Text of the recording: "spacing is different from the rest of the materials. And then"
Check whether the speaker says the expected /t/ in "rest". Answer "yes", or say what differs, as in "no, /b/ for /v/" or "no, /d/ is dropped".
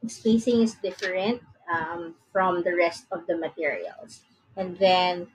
yes